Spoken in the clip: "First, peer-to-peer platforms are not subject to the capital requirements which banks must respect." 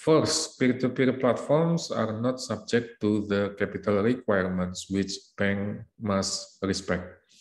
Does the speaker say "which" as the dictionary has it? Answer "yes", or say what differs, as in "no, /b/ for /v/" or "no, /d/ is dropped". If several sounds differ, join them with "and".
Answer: yes